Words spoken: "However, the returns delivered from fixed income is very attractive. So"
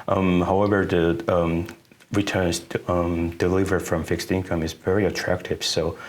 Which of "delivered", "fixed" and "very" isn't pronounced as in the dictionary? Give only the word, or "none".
none